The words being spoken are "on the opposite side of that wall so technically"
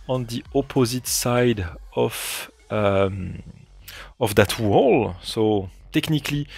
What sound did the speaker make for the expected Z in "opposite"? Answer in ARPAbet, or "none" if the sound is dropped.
Z